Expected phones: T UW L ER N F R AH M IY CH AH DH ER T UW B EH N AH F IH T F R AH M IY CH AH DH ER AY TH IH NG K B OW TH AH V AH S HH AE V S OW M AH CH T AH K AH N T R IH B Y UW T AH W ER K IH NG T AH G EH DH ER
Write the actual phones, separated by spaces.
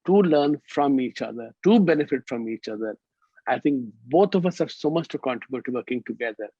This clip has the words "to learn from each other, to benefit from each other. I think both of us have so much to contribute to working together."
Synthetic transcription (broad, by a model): T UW L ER N F R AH M IY CH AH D ER T UW B EH N AH F IH T F R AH M IY CH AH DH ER AY T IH NG K B OW T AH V AH S HH AE V S OW M AH CH T AH K AH N T R IH B Y UW T AH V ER K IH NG T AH G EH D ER